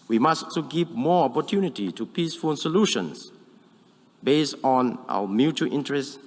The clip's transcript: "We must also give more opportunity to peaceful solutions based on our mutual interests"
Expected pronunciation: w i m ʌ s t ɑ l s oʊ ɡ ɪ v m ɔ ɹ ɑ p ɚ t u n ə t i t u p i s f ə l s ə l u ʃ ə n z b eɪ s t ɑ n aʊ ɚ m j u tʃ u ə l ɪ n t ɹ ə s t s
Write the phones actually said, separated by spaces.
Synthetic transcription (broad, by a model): w i m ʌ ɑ s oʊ ɡ ɪ v m ɔ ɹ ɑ p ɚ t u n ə t i t u p i s f ə l s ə l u ʃ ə n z b eɪ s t ɑ n aʊ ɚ m j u tʃ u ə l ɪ n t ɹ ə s s